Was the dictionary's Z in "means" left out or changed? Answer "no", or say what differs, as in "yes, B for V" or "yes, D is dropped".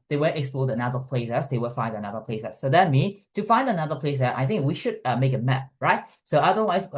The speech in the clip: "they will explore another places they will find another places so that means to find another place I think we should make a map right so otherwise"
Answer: yes, Z is dropped